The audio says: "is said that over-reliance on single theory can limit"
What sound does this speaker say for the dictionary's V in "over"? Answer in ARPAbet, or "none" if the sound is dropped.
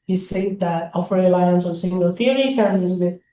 F